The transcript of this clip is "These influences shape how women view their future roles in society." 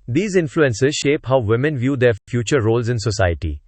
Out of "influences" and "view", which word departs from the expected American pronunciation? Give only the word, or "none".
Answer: none